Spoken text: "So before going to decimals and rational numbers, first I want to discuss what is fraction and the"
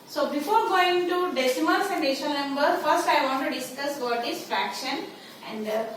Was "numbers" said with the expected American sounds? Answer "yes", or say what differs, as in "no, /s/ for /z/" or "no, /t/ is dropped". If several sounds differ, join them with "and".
no, /z/ is dropped